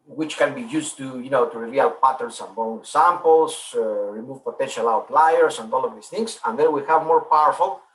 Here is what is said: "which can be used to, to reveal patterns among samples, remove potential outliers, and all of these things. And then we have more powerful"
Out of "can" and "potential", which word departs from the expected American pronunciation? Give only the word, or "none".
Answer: none